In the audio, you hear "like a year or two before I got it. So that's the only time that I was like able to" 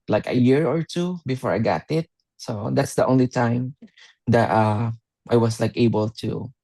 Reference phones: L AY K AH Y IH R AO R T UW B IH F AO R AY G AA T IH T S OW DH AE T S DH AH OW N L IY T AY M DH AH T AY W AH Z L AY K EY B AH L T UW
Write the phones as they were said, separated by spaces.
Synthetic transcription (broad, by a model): L AY K AH Y IH R AO R T UW B IH F AO R AY G AA T IH T S OW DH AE T S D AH OW N L IY T AY M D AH T AY W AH S L AY K EY B AH L T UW